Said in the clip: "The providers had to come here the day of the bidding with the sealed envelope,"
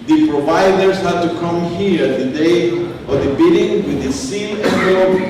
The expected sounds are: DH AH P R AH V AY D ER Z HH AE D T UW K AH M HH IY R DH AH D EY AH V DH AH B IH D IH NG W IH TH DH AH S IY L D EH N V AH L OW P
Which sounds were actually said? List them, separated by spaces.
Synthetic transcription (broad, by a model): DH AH P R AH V AY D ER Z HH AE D T UW K AH M HH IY R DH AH D EY AH V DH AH B IH D IH NG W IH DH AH S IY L EH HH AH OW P